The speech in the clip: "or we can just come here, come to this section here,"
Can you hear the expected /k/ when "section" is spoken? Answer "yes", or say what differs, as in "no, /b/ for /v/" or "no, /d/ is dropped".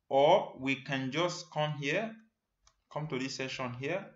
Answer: no, /k/ is dropped